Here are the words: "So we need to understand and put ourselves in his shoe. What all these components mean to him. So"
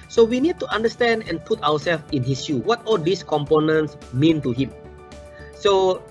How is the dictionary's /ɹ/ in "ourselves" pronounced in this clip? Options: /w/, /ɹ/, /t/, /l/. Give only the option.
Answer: /w/